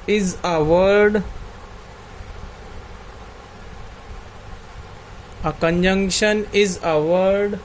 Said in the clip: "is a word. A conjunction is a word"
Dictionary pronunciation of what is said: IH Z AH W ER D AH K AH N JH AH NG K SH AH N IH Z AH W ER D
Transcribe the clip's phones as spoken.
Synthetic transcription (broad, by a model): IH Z AH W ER D AH K AH N JH AH NG K SH AH N IH Z AH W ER D